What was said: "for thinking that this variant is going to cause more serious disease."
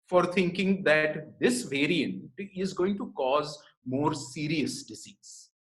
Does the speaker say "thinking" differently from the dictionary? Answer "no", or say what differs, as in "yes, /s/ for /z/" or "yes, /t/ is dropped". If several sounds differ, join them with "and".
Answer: yes, /t/ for /θ/